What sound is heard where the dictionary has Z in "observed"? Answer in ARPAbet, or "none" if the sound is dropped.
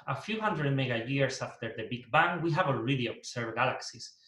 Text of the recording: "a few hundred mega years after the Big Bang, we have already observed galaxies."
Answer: S